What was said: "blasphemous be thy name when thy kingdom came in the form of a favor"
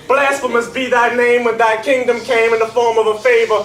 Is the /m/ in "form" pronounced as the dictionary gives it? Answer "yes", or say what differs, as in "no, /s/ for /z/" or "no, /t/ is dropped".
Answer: yes